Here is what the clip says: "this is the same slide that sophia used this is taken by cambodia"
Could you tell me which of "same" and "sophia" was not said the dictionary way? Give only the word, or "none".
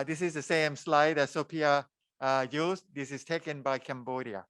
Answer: sophia